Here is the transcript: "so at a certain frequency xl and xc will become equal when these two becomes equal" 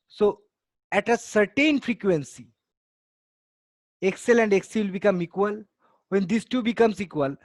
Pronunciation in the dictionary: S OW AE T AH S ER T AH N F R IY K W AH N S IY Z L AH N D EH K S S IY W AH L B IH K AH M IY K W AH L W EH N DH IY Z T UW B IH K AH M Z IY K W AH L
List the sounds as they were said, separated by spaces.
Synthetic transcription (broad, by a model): S OW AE T AH S ER T AH N F R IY K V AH N S IY S L AH N D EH K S S IY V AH L B IH K AH M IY K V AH L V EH N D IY S T UW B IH K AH M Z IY K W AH L